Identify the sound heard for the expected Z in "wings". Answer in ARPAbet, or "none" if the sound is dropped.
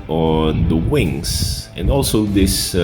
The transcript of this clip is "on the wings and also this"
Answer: S